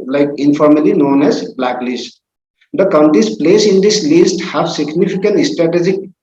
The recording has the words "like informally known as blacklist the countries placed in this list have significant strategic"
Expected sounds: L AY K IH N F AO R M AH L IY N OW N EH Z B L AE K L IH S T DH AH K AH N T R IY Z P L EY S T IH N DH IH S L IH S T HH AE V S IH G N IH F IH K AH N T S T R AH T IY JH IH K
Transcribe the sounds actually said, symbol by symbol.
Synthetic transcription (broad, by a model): L AY K IH N F AO R M AH L IY N OW N EH Z B L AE K L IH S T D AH K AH N T R IY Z P L EY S IH N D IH S L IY S T HH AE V S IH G N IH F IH K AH N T S T R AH T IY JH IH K